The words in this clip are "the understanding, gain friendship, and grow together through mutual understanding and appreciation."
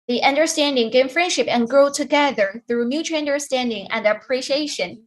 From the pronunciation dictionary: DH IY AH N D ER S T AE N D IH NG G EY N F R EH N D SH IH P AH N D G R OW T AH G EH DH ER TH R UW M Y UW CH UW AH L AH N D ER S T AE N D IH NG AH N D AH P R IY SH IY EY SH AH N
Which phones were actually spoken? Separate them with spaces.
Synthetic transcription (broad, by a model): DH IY AH N D ER S T AE N D IH NG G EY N F R EH N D SH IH P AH N G R OW T AH G EH DH ER TH R UW M Y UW CH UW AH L AH N D ER S T AE N D IH NG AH N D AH P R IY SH IY EY SH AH N